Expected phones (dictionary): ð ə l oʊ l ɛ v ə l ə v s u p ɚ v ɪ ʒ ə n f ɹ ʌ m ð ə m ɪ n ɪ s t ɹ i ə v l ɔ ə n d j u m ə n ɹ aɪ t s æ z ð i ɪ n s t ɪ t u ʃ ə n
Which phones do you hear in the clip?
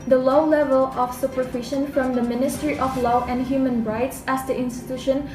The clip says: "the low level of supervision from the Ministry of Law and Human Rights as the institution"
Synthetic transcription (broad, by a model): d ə l oʊ l ɛ v ə l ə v s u p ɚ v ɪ ʃ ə n f ɹ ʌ m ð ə m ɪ n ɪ s t ɹ i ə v l ɔ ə n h j u m ə n ɹ aɪ t s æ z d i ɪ n s t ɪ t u ʃ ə n